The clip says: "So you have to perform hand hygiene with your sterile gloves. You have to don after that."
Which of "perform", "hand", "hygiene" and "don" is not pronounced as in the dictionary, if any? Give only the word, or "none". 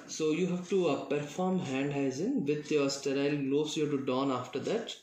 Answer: hygiene